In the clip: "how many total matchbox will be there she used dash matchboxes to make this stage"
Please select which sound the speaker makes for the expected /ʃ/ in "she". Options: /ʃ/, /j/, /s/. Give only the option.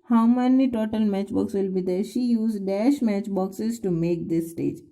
/ʃ/